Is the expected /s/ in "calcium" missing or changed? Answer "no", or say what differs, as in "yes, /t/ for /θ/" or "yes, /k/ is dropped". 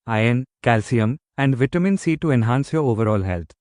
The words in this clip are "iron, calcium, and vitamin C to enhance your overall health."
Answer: no